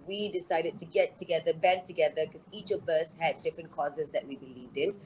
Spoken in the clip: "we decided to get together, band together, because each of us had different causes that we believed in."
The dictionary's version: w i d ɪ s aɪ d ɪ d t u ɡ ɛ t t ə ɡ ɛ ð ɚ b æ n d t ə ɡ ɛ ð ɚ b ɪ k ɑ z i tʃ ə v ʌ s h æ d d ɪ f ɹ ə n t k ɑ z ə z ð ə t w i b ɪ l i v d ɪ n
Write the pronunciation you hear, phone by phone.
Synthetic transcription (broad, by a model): w i d ɪ s aɪ d ɪ d t u ɡ ɛ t t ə ɡ ɛ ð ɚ b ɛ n t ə ɡ ɛ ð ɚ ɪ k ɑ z i tʃ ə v ʌ s h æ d d ɪ f ɹ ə n k ɑ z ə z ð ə t w i b ɪ l i v d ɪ n